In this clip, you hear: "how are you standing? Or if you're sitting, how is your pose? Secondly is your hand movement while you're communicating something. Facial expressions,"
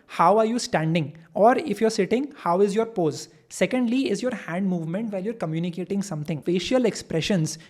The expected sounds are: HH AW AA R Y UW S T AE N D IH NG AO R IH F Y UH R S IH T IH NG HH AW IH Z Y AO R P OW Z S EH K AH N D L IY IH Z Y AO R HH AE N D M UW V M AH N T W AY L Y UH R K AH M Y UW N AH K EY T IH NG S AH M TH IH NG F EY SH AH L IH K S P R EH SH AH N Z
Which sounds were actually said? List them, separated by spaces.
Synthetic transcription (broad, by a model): HH AW AA R Y UW S T AE N D IH NG AO R IH F Y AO R S IH T IH NG HH AW IH Z Y AO R P OW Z S EH K AH N D L IY IH Z Y AO R HH AE N D M UW V M AH N T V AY L Y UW R K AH M Y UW N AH K EY T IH NG S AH M T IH NG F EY SH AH L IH K S P R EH SH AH N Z